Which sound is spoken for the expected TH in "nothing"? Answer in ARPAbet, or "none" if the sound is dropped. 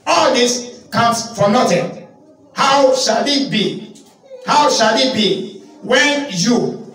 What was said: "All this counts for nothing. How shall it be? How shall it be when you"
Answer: T